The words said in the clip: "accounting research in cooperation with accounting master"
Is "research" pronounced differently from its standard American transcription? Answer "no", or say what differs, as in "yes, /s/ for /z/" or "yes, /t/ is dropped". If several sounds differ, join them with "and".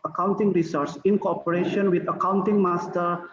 yes, /s/ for /tʃ/